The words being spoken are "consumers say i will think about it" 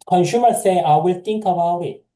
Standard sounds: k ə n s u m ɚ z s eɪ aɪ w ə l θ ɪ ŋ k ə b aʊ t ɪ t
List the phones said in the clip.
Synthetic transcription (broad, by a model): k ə n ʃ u m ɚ s eɪ aɪ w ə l t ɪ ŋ k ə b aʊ ɪ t